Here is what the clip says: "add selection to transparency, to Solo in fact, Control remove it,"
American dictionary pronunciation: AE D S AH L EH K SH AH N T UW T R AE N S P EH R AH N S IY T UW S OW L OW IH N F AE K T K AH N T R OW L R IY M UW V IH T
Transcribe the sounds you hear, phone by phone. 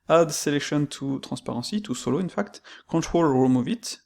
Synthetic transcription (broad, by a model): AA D S AH L EH K SH AH N T UW T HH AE S P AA R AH S IY T UW S OW L OW IH N F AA K T K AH T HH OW L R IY M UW V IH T